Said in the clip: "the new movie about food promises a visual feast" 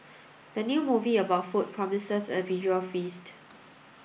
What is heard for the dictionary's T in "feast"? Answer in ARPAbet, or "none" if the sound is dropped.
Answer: T